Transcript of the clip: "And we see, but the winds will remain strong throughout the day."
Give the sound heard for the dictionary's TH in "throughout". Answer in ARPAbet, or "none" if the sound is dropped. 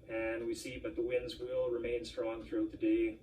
TH